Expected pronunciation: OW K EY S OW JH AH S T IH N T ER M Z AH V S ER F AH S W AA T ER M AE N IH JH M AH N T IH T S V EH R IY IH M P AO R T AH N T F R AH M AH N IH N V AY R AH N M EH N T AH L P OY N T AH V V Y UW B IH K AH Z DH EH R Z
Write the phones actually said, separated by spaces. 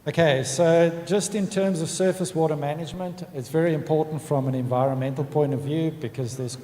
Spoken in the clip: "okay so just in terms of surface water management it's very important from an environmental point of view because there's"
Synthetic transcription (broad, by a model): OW K EY S OW JH AH S T IH N T ER M Z AH V S ER F AH S W AA T ER M AE N IH JH M AH N T IH T S V EH R IY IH M P AO R T N T F R AH M AH N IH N V AY R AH N M EH N T L P OY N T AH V V Y UW B IH K AH Z DH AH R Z